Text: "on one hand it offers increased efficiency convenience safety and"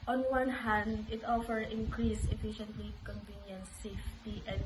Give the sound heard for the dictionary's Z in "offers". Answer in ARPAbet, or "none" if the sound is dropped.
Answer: none